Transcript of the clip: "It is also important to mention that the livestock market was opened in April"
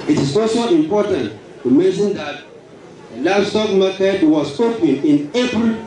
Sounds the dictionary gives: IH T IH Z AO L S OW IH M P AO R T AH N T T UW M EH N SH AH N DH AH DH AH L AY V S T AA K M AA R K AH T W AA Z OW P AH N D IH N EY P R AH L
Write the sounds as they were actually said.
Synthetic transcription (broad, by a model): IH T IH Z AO S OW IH M P AO T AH N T T UW M EH N SH AH N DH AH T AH L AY B S T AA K M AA K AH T W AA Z OW P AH N IH N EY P R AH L